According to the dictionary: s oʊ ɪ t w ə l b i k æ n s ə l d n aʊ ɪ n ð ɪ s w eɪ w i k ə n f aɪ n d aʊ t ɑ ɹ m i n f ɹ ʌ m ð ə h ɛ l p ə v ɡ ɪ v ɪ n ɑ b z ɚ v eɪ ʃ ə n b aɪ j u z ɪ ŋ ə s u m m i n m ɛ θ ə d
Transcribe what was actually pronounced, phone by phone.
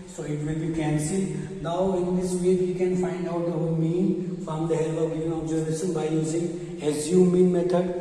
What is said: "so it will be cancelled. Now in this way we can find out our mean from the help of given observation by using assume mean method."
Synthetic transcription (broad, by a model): s oʊ ɪ t w ə l b i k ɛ n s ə n aʊ ɪ n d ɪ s w eɪ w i k ə n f aɪ n d aʊ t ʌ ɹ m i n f ɹ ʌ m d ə h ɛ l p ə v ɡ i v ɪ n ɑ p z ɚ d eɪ s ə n b aɪ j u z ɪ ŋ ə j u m m i n m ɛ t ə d